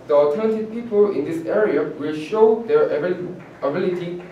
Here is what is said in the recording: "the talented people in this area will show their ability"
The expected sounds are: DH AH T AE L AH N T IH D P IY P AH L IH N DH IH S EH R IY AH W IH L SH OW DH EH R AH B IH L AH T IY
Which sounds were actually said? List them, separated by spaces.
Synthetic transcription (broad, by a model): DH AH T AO N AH T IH P IY P AH L IH N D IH S EH R IY AH W IH L SH OW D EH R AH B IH L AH T IY